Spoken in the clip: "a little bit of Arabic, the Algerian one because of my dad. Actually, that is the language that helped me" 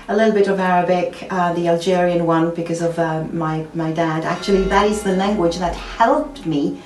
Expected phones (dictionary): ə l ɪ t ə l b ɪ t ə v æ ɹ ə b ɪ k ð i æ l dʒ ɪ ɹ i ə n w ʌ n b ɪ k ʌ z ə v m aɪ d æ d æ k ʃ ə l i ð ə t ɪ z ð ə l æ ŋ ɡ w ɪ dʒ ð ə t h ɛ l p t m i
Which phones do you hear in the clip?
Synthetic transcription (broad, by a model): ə l ɪ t l b ɪ t ə v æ ɹ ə b ɪ k ð i æ l dʒ ɪ ɹ i ə n w ʌ n b ɪ k ʌ z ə v m aɪ d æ d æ k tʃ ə l i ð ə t ɪ z ð ə l æ ŋ ɡ w ɪ dʒ ð ə t h ɛ l p t m i